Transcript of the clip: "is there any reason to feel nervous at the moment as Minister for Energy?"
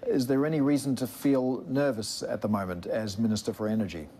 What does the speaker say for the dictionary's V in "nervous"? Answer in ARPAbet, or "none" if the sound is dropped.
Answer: V